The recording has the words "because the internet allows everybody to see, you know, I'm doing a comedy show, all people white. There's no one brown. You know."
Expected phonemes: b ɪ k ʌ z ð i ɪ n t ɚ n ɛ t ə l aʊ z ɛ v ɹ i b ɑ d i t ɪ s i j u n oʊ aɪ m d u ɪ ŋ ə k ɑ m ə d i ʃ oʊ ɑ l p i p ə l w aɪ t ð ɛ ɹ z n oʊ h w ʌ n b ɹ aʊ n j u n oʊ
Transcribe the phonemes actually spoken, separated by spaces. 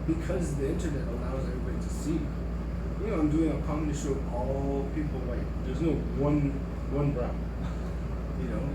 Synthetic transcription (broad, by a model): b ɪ k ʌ z ð i ɪ n t ɚ n ɛ t ə l aʊ z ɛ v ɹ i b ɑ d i t ɪ s i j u n oʊ aɪ m d u ɪ ŋ ə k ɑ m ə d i ʃ oʊ ɑ l p i p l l aɪ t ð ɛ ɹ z n oʊ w w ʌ n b ɹ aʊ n j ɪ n oʊ